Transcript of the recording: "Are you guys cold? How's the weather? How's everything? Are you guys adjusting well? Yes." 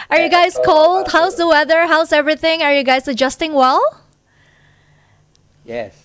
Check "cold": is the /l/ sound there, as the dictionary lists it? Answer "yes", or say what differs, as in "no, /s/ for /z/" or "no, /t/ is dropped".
yes